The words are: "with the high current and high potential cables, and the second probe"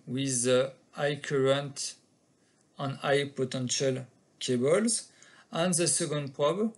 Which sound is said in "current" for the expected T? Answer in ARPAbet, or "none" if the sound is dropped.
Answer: T